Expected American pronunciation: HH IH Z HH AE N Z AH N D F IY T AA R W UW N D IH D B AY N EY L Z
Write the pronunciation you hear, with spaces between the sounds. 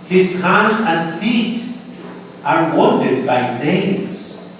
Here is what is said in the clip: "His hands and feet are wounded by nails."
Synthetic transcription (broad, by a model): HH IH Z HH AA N AH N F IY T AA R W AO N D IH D B AY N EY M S